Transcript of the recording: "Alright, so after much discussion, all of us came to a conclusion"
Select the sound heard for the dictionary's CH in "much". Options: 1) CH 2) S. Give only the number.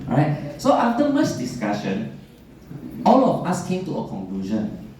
2